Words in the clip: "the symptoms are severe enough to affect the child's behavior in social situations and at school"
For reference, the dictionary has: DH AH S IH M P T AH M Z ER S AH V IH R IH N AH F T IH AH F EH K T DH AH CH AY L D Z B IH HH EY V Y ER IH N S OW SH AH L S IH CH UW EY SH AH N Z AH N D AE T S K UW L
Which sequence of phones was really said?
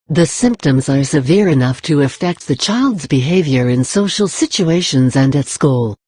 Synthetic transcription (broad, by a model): DH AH S IH M P T AH M Z ER S AH V IH R IH N AH F T IH AH F EH K T DH AH CH AY L D Z B IH HH EY V Y ER IH N S OW SH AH L S IH CH UW EY SH AH N Z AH N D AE T S K UW L